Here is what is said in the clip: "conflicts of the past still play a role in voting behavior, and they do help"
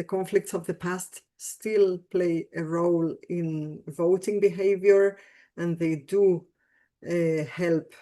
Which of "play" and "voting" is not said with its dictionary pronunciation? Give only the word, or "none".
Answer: none